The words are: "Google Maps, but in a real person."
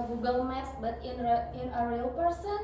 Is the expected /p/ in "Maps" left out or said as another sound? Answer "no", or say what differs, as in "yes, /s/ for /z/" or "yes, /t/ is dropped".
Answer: yes, /p/ is dropped